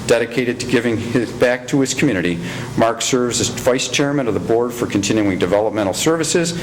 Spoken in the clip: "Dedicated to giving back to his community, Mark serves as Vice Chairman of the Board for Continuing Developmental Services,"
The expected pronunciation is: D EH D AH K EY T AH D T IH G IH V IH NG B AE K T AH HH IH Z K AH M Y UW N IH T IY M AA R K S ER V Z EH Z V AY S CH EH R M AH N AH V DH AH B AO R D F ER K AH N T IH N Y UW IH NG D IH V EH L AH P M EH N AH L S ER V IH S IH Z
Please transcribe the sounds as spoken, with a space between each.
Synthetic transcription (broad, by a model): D EH D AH K EY T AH D T IH G IH V IH NG B AE K T AH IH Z K M Y UW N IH T IY M AA R K S ER V Z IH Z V AY S CH EH R M AH N AH V DH AH B AO R D F ER K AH N T IH N Y UW IH NG D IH V EH L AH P M EH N L S ER V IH S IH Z